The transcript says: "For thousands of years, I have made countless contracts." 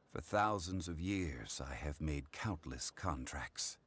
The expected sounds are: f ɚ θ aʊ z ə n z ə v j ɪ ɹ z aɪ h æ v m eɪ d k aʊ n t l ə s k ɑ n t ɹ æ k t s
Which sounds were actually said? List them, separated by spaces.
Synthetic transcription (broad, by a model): f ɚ θ aʊ z ə n z ə v j ɪ ɹ z aɪ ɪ v m eɪ d k aʊ n t l ə s k ɑ n t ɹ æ k t s